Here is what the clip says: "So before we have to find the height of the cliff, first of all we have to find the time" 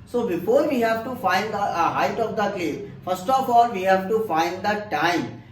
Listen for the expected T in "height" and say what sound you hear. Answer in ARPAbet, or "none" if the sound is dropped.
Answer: T